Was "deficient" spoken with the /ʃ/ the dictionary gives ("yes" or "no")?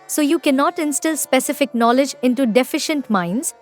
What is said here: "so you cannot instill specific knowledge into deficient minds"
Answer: yes